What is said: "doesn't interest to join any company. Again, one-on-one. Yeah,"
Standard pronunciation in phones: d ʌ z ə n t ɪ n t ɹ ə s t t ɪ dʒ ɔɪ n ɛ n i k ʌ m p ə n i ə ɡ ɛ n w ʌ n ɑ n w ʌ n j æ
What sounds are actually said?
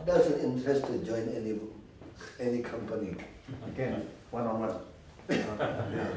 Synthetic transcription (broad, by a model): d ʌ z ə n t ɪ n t ə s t t ɪ dʒ ɔɪ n ɛ n i k ʌ m p ə n i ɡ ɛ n w ʌ n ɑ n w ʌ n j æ